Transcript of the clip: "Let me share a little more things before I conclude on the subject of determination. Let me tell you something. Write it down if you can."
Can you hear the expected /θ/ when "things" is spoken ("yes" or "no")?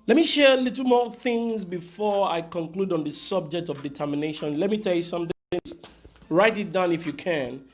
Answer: yes